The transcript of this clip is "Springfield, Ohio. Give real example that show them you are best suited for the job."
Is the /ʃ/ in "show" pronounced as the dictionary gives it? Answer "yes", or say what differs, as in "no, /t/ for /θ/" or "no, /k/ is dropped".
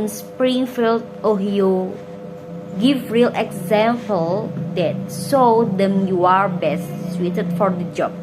no, /s/ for /ʃ/